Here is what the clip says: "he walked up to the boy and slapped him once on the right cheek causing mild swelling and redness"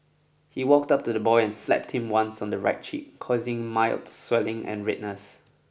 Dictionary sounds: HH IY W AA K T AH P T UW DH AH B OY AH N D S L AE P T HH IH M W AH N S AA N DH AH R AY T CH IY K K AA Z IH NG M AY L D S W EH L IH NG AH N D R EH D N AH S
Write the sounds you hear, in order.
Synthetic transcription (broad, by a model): HH IY W AA K T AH P T UW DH AH B OY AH N S L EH P T HH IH M W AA N S AA N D AH R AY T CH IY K K AA Z IH NG M AY L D S W EH L IH NG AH N R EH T N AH S